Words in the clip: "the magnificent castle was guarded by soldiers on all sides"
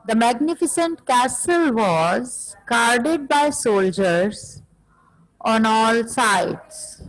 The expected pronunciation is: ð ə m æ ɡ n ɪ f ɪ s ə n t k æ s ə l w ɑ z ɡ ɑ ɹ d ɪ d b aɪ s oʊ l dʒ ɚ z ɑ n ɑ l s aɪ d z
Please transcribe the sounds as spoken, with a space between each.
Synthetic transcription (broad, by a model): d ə m æ ɡ n ɪ f ɪ s ə n t k æ s ə l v ɑ z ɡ ɑ ɹ d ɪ d b aɪ s oʊ l dʒ ɚ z ɑ n ɑ l s aɪ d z